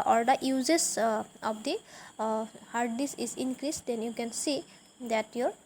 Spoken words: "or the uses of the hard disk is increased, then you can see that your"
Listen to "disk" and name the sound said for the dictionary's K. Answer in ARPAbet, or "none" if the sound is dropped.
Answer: none